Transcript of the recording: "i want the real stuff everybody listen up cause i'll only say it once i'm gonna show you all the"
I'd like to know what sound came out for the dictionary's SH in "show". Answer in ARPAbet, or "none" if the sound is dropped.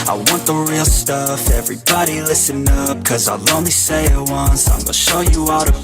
SH